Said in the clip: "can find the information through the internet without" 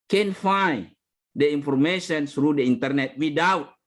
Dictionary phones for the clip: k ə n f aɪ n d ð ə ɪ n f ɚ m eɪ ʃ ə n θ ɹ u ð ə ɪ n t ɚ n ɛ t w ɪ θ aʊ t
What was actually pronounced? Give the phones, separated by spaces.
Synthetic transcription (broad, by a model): k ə n f aɪ d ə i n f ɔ m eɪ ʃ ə n s ɹ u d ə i n t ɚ n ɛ t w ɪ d aʊ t